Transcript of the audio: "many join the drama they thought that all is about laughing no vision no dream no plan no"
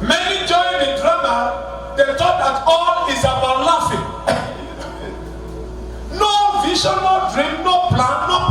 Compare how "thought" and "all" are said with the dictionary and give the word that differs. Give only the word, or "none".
thought